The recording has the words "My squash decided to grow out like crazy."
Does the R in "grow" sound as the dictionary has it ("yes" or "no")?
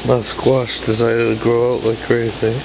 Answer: yes